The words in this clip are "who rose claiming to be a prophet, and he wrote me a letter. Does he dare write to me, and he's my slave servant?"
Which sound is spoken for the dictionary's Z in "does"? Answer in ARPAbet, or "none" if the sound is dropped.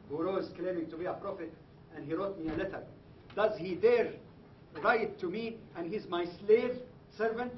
Z